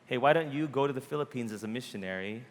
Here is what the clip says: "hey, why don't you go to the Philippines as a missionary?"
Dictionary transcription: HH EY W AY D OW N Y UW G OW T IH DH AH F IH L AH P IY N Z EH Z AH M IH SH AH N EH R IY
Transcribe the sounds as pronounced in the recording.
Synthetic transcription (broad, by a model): HH EY W AY D OW N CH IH G OW T IH DH AH F IH L AH P IY N Z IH Z AH M IH SH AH N EH R IY